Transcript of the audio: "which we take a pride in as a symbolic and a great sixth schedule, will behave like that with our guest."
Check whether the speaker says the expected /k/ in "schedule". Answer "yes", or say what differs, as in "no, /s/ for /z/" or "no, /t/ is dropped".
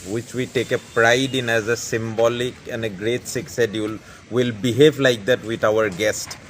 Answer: no, /k/ is dropped